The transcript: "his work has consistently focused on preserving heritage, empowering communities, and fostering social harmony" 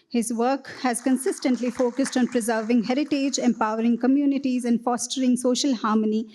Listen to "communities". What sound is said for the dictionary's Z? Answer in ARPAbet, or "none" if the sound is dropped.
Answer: Z